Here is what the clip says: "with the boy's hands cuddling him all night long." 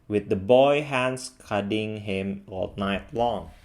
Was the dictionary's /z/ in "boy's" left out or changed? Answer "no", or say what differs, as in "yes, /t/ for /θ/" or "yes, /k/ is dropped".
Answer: yes, /z/ is dropped